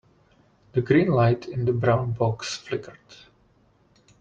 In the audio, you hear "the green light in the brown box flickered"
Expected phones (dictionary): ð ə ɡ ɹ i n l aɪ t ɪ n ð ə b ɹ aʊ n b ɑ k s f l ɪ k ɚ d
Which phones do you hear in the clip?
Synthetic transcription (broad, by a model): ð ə ɡ ɹ i n l aɪ t ɪ n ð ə b ɹ aʊ n b ɑ k s f l ɪ k ɚ d